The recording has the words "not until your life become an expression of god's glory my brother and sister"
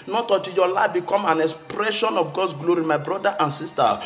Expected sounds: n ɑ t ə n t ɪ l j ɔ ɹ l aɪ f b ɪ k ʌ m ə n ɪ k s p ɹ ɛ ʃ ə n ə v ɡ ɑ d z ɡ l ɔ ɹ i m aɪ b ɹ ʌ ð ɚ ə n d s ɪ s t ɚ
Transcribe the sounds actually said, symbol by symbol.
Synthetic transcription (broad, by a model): n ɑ t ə t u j ɔ l aɪ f b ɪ k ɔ m ə n ɪ k s p ɹ ɛ ʃ ə n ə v ɡ ɑ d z ɡ l ɔ ɹ i m aɪ b ɹ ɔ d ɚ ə n s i s t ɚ